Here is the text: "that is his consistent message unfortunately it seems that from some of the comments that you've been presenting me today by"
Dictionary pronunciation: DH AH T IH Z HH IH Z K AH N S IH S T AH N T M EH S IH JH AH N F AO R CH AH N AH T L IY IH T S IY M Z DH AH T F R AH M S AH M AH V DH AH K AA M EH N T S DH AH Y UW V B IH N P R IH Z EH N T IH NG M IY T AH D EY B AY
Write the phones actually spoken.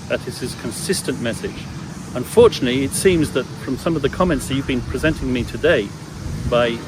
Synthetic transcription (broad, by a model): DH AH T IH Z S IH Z K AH N S IH S T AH N M EH S IH JH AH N F AO R CH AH N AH T L IY IH T S IY M Z DH AH T F R AH M S AH M AH V DH AH K AA M EH N T S DH AH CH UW V B IH N P R IH Z EH N T IH NG M IY T AH D EY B AY